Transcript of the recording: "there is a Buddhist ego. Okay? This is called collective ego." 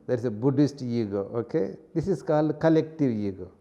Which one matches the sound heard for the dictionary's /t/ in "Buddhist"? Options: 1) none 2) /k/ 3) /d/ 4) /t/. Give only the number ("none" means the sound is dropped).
4